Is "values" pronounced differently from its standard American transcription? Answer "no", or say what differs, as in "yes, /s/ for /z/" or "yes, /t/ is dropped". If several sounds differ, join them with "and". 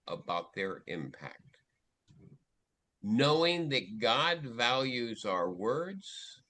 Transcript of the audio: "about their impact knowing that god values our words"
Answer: no